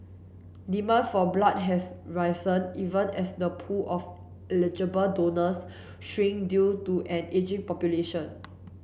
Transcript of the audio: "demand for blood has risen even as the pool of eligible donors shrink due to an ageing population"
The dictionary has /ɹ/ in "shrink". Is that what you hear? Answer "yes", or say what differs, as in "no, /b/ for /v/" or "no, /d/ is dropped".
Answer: no, /ɹ/ is dropped